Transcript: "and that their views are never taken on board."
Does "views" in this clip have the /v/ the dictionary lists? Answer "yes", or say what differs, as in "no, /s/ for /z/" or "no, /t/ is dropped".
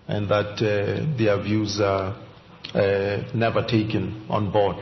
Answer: yes